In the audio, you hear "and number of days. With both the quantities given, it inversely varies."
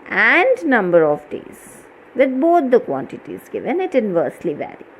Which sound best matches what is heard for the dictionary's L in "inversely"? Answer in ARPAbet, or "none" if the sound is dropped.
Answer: L